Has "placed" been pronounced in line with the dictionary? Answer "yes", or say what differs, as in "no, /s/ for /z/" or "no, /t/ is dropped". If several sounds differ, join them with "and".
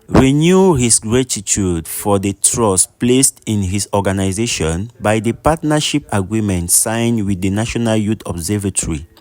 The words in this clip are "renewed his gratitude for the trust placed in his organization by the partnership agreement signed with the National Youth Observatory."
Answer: yes